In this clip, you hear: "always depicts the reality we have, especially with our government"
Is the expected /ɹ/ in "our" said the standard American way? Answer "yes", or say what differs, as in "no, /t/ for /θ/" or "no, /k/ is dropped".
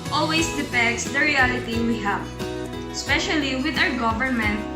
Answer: no, /w/ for /ɹ/